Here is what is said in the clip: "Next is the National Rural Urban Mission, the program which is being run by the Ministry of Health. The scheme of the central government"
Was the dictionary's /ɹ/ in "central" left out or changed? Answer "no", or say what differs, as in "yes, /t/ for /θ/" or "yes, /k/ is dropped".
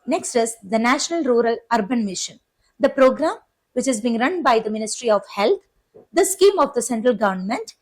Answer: no